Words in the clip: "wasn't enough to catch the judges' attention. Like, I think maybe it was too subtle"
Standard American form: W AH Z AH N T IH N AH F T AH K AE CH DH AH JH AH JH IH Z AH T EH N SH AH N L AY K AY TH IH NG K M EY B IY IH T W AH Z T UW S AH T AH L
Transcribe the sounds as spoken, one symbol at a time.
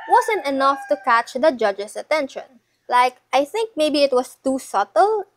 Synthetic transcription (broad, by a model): W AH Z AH N T IH N AH F T AH K AE CH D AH JH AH JH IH S AH T EH N SH AH N L AY K AY TH IH NG K M EY B IY IH T W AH S T UW S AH T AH L